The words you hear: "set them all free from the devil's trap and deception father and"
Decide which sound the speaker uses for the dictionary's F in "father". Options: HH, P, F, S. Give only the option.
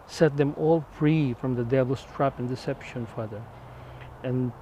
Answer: F